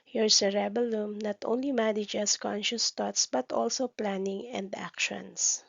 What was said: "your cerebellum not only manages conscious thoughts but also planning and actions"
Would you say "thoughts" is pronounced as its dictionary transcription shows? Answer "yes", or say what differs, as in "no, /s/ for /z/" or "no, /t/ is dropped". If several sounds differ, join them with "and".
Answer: no, /t/ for /θ/